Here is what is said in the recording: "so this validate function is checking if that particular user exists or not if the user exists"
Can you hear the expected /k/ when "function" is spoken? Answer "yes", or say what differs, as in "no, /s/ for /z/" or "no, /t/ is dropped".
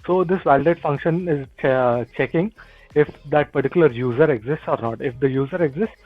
yes